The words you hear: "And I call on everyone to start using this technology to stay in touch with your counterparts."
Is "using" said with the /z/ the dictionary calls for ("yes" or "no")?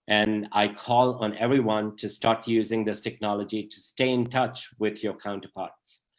yes